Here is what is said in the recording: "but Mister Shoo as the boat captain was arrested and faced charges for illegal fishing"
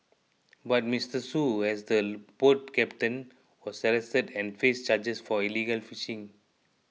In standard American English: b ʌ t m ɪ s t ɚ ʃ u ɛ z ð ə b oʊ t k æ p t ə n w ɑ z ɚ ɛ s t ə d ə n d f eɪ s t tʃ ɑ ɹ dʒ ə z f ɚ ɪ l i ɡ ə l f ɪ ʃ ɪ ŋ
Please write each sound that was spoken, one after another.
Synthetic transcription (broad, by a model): b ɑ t m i s t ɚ s u ɛ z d ə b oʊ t k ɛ p t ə n w ɑ s ɚ ɛ s t ə d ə n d f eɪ s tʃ ɑ dʒ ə s f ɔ ɪ l i ɡ ə l f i ʃ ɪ ŋ